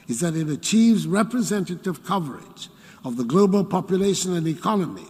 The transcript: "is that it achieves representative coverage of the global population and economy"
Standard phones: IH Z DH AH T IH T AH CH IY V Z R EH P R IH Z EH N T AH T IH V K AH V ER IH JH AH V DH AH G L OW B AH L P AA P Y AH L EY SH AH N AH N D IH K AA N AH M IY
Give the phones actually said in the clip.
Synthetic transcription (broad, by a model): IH Z DH AH T IH T AH CH IY V Z R EH P R IH Z EH N T AH T IH V K AH V ER IH JH AH V DH AH G L OW B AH L P AA P Y AH L EY SH AH N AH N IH K AA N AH M IY